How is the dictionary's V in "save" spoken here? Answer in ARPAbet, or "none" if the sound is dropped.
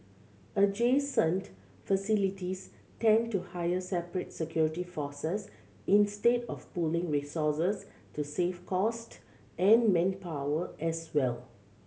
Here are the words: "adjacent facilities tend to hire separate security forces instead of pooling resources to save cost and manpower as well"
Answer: F